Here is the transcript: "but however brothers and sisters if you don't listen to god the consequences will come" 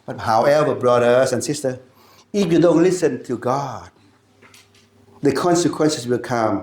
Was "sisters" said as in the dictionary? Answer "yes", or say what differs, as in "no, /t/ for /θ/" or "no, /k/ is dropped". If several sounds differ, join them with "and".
no, /z/ is dropped